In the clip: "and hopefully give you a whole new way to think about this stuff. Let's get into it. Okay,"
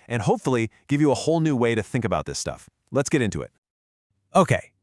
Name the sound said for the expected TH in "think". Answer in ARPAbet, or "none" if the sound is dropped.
TH